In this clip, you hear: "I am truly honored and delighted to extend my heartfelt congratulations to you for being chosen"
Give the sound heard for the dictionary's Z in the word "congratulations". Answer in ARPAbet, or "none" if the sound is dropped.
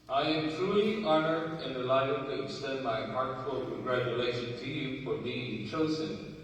none